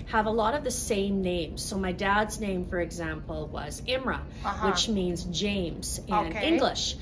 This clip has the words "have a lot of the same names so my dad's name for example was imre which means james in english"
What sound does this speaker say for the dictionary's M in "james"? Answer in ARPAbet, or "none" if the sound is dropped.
M